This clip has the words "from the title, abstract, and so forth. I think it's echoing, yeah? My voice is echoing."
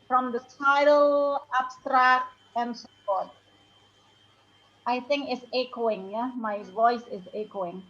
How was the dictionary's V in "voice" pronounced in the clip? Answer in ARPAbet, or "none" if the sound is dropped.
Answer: V